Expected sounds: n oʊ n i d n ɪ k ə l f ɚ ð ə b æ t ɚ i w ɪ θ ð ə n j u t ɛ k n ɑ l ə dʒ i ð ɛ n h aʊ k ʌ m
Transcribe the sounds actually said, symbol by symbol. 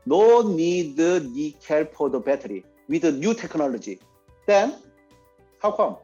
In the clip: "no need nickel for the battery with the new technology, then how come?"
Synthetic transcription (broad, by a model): n oʊ n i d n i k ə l p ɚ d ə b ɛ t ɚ i w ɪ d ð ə n j u t ɛ k n ɑ l ə dʒ i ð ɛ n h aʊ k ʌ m